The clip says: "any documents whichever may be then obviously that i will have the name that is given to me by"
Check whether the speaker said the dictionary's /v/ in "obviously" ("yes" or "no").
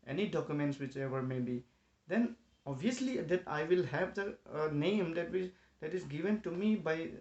no